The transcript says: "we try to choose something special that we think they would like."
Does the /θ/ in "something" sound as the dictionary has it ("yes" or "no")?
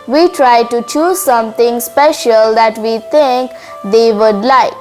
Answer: no